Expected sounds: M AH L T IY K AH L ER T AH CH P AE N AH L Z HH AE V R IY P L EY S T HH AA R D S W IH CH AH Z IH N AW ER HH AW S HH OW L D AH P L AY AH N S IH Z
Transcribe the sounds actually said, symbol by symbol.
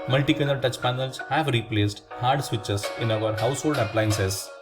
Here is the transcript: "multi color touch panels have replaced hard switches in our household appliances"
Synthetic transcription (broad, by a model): M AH L T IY K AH N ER T AH CH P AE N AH L S HH AE V R IY P L EY S T HH AA R D S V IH CH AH S IH N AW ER HH AW S HH OW L D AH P L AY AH N S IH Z